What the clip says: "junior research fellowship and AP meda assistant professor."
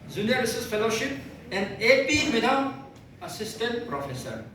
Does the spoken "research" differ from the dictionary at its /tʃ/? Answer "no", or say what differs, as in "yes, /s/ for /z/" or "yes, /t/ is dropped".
yes, /s/ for /tʃ/